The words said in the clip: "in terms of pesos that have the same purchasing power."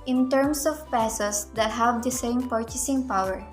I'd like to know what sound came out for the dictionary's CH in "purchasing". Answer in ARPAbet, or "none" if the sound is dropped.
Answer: CH